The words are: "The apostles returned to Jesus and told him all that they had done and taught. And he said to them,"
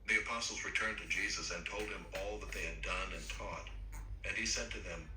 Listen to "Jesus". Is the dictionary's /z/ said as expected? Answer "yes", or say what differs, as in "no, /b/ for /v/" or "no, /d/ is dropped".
yes